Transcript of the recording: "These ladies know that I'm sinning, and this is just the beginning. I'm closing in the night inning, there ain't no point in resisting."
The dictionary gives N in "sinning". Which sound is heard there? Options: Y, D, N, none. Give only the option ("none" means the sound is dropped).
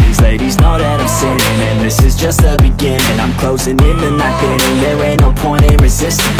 none